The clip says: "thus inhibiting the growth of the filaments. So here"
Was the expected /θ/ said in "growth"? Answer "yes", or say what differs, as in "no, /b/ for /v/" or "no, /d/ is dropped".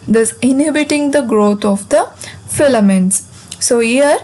no, /t/ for /θ/